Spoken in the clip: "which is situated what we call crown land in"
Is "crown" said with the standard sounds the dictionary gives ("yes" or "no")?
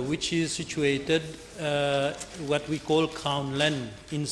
no